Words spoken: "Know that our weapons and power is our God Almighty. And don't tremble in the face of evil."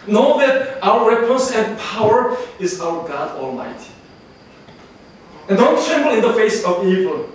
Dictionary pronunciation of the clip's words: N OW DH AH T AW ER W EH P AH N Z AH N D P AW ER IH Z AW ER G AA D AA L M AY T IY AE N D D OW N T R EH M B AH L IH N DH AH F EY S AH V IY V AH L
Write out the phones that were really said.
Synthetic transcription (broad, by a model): N OW DH AH T AW ER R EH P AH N S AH N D P AW ER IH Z AW ER G AA D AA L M AY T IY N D D OW N T R EH M B AH L IH N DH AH F EY S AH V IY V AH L